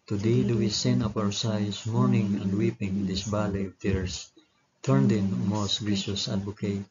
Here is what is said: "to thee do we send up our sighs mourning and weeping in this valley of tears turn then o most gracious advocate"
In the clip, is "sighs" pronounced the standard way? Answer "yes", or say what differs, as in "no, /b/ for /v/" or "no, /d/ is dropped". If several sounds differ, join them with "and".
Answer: no, /s/ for /z/